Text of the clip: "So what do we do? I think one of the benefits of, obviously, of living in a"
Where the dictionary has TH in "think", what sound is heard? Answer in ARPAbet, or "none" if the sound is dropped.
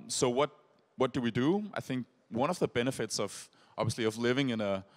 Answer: TH